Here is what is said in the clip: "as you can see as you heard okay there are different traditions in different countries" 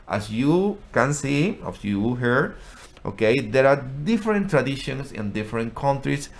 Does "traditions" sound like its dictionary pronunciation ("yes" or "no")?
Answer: no